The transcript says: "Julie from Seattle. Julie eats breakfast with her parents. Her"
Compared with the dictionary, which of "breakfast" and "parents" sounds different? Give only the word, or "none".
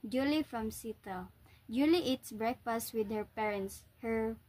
none